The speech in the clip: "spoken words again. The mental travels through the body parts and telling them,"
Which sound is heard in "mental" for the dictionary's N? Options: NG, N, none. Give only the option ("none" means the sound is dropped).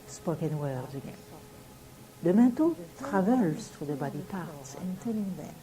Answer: none